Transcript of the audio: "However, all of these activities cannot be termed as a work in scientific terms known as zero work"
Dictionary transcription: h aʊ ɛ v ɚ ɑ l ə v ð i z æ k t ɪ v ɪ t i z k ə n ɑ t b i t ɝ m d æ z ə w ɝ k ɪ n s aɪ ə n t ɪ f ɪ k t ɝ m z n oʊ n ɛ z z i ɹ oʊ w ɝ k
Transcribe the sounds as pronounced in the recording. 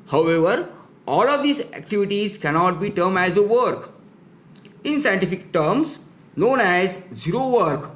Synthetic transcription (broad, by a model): h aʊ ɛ v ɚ ɑ l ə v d i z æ k t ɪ v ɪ t i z k ə n ɑ t b i t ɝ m æ z ə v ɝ k ɪ n s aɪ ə n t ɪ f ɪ k t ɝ m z n oʊ n ɛ z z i ɹ oʊ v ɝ k